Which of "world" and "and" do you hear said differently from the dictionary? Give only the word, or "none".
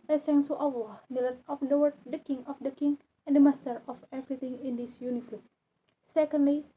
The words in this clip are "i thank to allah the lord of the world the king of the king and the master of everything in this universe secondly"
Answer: world